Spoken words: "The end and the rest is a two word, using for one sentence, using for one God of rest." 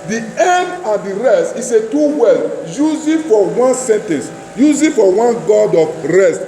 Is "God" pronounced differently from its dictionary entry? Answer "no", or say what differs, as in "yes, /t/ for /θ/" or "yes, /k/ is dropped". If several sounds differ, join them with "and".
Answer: no